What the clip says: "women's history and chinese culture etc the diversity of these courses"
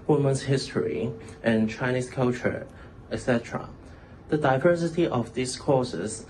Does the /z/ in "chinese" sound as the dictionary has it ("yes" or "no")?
no